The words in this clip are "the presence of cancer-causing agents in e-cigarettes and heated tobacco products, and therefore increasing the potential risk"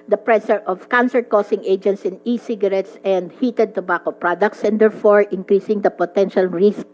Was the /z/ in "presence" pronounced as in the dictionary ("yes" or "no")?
no